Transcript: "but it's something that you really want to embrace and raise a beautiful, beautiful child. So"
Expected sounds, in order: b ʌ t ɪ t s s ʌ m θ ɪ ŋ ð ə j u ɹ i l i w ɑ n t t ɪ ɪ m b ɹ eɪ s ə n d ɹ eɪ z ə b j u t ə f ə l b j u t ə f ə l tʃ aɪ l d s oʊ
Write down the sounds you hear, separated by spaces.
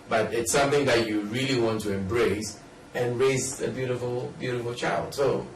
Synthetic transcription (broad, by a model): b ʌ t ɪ t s s ʌ m θ ɪ ŋ ð ə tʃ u ɹ i l i w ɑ n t t ɪ ɪ m b ɹ eɪ s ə n ɹ eɪ z ə b j u t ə f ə l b j u t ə f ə l tʃ aɪ l d s oʊ